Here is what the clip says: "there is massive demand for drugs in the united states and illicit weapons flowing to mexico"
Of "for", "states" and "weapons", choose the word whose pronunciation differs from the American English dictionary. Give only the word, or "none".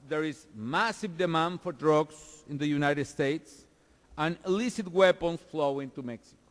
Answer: weapons